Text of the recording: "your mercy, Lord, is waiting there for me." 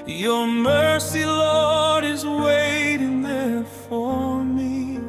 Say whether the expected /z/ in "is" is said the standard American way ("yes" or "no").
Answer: yes